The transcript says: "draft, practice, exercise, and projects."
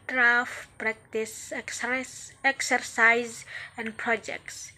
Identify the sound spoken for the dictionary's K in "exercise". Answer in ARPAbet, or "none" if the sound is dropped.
K